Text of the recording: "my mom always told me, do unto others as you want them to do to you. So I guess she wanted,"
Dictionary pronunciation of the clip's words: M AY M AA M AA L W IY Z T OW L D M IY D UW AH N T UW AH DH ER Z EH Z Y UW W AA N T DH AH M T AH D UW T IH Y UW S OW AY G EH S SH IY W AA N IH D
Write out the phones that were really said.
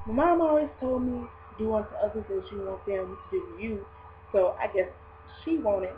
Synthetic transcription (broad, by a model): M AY M AA M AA W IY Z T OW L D M IY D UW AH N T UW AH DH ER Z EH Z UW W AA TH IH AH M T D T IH Y UW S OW AY G EH S SH IY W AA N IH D